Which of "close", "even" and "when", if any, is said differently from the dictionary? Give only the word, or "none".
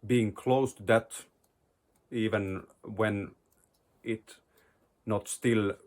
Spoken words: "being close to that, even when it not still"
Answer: none